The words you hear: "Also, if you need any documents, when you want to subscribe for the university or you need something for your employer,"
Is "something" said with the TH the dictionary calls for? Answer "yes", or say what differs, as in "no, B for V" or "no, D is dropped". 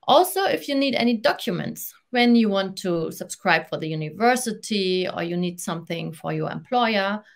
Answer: yes